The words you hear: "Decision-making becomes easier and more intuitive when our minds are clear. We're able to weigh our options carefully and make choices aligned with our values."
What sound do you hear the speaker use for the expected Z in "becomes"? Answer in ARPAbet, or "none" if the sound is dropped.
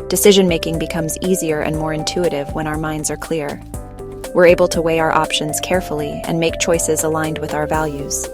Z